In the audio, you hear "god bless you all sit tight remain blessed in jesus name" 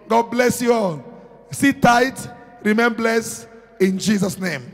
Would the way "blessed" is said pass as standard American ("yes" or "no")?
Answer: no